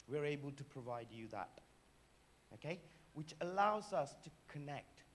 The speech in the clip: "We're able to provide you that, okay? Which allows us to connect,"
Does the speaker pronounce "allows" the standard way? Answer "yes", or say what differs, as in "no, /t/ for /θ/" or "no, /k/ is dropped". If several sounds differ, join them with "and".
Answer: yes